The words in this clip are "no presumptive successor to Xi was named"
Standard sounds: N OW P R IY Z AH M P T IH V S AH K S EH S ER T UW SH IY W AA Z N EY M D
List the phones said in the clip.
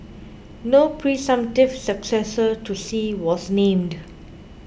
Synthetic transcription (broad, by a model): N OW P R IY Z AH M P T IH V S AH K S EH S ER T UW S IY W AA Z N EY M D